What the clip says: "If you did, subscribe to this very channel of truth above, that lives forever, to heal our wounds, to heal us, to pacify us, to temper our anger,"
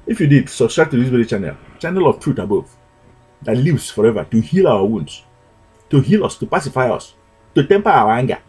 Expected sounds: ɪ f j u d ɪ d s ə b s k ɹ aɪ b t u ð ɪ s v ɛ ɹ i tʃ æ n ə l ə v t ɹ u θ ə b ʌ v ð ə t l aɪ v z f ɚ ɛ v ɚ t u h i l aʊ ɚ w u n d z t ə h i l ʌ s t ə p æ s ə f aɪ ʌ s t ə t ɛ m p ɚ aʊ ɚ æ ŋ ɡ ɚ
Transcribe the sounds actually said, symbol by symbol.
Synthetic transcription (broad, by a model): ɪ f j u d ɪ d s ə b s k ɹ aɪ t u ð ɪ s w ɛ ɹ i tʃ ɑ n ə l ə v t ɹ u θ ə b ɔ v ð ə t l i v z f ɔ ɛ v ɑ t u h i l aʊ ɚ w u n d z t ə h i l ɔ s t ə p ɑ s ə f aɪ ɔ s t ə t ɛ m p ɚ aʊ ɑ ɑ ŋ ɡ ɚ